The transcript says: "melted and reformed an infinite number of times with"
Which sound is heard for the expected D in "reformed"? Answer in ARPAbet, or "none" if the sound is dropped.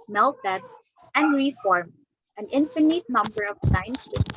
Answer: none